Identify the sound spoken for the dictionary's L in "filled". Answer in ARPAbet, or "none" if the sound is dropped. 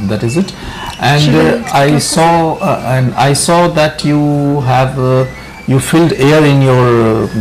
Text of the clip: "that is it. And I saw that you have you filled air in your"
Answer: L